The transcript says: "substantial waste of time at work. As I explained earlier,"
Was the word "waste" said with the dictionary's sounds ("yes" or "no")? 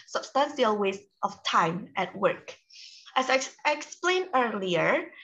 yes